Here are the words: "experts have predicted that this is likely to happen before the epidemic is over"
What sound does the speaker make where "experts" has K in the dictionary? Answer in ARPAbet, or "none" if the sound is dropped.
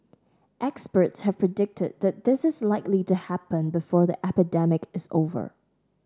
K